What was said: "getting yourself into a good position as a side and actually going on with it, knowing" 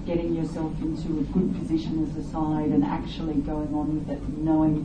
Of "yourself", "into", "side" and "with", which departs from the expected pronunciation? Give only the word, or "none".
none